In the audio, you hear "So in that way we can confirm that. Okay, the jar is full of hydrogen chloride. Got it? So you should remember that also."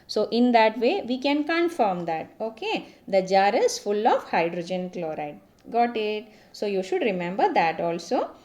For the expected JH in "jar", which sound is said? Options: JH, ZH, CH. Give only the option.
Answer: JH